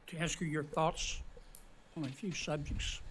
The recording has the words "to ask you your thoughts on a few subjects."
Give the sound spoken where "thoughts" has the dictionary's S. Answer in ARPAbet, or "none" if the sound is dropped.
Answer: S